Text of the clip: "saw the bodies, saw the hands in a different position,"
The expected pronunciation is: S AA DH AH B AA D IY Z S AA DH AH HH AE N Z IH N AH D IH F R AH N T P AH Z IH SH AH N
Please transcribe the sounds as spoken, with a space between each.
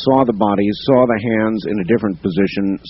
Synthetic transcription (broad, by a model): S AA DH AH B AA D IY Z S AA DH AH HH AE N Z IH N AH D IH F R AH N P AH Z IH SH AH N